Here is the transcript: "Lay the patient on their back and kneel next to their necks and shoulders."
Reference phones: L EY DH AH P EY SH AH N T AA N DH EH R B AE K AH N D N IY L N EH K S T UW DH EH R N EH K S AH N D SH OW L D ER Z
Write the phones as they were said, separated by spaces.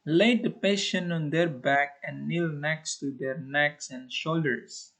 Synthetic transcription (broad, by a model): L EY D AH P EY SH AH N AA N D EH R B AE K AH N N IY L N EH K S T UW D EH R N EH K S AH N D SH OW L D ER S